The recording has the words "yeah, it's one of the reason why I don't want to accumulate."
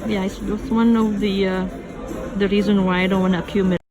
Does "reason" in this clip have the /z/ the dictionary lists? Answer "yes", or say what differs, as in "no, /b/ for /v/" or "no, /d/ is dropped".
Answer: yes